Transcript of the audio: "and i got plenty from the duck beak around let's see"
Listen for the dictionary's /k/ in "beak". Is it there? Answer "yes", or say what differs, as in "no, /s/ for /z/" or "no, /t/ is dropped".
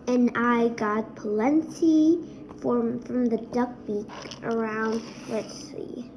yes